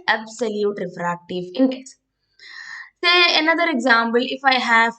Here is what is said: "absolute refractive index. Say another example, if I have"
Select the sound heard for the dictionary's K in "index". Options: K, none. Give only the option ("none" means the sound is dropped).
none